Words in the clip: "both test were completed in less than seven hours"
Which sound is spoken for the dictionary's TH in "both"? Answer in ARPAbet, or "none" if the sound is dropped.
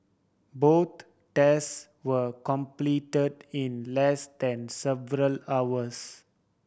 T